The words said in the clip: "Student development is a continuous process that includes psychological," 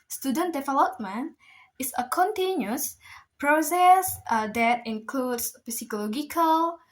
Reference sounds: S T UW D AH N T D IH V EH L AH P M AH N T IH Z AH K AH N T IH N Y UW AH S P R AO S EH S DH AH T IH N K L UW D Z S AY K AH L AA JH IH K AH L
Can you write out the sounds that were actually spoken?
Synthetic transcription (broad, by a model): S T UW D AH N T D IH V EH L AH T M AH N IH S AH K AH N T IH N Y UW S P R AO S EH S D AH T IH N K L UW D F S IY K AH L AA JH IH K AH L